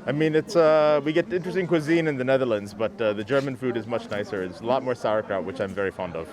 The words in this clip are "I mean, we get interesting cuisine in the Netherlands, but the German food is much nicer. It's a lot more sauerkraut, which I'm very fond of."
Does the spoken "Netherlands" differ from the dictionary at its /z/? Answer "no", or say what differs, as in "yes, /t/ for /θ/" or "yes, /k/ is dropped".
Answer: no